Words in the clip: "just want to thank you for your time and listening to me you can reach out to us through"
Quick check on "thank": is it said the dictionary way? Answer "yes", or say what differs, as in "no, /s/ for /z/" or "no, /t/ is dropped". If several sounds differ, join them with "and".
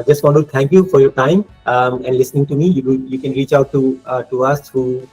no, /t/ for /θ/